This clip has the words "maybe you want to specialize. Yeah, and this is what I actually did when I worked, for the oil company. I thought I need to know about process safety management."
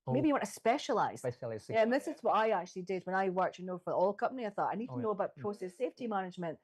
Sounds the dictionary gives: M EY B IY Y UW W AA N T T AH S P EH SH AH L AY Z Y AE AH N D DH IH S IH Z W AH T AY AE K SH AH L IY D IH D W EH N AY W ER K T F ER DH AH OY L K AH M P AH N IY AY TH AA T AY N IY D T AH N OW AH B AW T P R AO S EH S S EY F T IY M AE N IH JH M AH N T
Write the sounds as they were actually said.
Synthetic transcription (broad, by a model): M EY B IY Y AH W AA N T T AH S P EH SH AH L AY Z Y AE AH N DH IH S IH Z W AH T AY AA K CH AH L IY D IH D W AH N AY W ER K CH F ER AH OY L K AH M P AH N IY AY TH AA T AY N IY D T AH N OW AH B AW T P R AO S EH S S EY F T IY M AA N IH JH M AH N T